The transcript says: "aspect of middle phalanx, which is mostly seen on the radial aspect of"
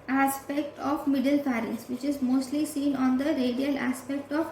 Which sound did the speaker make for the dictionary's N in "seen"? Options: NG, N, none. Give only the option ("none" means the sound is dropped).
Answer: N